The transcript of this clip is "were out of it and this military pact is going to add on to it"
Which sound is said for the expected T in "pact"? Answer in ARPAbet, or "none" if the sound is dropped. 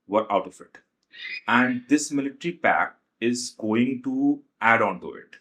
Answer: none